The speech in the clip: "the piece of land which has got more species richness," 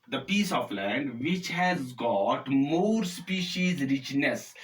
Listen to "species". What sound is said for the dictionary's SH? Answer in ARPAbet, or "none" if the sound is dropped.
SH